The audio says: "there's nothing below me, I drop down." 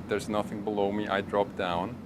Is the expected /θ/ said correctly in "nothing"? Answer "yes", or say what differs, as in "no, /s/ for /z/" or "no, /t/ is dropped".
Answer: yes